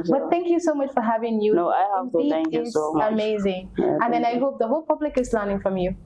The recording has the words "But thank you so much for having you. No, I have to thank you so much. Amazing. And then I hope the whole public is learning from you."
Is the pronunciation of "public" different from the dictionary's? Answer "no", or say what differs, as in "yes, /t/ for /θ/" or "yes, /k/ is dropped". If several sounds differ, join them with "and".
no